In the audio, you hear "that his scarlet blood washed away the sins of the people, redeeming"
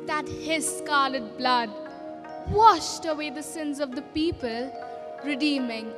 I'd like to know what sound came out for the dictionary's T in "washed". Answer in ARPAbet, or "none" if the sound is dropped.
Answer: T